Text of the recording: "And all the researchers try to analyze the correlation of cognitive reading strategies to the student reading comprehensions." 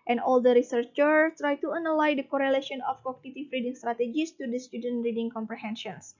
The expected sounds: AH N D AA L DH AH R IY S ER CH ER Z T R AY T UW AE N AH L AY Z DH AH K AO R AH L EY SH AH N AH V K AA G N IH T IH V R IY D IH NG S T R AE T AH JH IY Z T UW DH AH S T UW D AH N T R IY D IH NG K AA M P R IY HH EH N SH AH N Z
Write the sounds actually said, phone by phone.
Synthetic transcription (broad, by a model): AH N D AA L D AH R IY S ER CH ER T R AY T UW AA N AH L AY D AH K AO R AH L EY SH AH N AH F K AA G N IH T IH F R IY D IH NG S T R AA T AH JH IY S T UW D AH S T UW D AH N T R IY D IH NG K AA M P R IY HH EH N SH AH N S